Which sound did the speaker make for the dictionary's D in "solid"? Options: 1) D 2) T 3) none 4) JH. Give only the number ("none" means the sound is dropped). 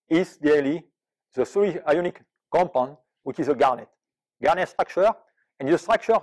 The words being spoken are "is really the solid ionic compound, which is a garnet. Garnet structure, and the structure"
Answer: 3